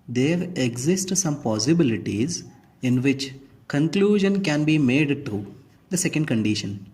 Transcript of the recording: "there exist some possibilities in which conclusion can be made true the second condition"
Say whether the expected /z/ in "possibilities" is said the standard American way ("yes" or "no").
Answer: yes